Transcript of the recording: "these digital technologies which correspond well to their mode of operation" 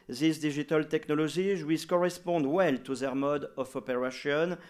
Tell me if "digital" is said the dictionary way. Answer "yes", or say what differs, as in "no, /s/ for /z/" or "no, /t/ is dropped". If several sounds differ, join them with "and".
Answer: no, /ʒ/ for /dʒ/